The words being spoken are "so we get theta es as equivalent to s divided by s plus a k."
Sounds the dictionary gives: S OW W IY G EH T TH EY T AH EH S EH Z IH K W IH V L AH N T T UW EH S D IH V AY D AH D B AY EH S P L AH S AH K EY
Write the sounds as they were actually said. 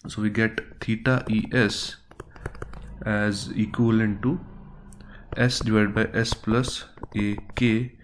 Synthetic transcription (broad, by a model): S OW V IY G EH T T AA T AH EH S EH Z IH K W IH L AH N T T UW EH S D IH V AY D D B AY EH S P L AH S AH K EY